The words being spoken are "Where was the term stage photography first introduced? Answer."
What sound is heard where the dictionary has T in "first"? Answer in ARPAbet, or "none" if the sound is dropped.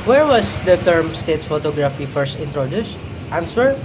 T